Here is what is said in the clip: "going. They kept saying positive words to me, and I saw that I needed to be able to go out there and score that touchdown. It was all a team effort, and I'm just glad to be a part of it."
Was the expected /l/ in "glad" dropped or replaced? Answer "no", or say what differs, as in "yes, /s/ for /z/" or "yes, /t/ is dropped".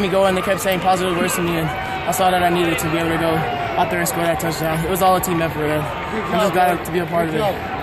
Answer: yes, /l/ is dropped